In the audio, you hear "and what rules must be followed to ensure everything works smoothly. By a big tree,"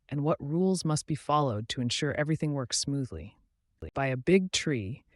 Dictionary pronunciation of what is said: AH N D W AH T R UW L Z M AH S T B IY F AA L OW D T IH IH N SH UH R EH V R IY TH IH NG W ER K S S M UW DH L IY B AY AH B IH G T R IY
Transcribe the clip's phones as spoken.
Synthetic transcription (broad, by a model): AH N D W AH T R UW L Z M AH S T B IY F AA L OW D T IH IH N SH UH R EH V R IY TH IH NG W ER K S S M UW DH L IY B AY AH B IH G T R IY